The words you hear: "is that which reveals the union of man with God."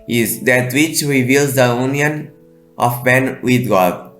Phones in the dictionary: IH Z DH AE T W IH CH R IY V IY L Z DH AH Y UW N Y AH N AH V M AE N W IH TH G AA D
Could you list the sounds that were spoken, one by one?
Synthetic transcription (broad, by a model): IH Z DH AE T W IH CH R IY V IY L Z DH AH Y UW N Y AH N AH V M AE N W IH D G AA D